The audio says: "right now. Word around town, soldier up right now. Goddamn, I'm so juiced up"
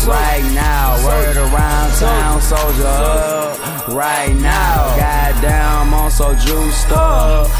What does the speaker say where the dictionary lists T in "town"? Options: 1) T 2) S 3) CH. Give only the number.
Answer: 2